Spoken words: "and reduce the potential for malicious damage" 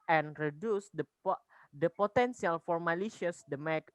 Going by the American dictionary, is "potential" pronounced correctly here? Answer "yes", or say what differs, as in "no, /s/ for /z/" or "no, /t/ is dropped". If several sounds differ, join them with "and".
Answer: no, /s/ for /ʃ/